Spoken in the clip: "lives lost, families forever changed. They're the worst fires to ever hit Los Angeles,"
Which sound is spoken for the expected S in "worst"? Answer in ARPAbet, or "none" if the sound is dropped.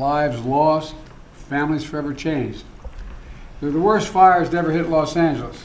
S